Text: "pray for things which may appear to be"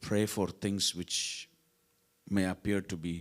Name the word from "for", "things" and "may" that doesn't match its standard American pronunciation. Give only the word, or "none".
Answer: things